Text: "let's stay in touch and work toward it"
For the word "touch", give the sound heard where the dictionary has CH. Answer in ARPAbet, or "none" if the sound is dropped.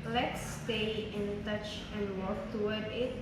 CH